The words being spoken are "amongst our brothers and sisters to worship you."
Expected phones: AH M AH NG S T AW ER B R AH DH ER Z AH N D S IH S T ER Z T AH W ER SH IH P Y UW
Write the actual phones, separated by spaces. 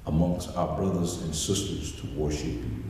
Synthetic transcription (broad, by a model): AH M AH NG S T AW ER B R AH DH ER Z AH N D S IH S T ER Z T AH W ER SH IH P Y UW